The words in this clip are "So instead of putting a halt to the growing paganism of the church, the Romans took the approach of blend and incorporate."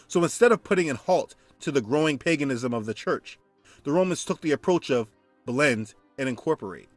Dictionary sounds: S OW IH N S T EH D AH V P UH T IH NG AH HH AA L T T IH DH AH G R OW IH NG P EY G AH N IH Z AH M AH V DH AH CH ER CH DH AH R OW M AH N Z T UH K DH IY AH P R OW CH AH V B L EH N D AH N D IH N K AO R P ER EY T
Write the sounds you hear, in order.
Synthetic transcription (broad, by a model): S OW IH N S T EH D AH V P UH T IH NG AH HH AA L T T IH DH AH G R OW IH NG P EY G AH N IH Z AH M AH V DH AH CH ER CH DH AH R OW M AH N Z T UH K DH IY AH P R OW CH AH V B L EH N D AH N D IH N K AO R P ER EY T